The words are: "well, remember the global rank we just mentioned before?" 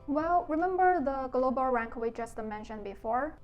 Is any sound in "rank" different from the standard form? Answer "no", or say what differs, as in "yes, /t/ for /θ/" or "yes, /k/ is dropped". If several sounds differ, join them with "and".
no